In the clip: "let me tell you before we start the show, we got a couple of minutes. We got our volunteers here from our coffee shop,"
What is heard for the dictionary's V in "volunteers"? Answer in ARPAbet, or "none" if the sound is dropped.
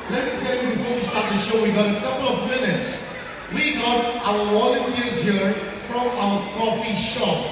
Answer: W